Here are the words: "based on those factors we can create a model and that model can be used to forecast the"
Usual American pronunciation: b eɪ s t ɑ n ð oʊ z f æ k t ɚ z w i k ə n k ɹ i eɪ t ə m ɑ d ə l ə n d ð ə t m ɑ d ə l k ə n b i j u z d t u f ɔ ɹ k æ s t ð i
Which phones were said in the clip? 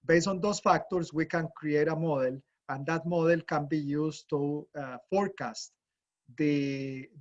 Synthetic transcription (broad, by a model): b eɪ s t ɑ n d oʊ s f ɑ k t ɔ s w i k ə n k ɹ i eɪ t ə m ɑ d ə l ə n d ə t m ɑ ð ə l k ə n b i j u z t u f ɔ ɹ k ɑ s t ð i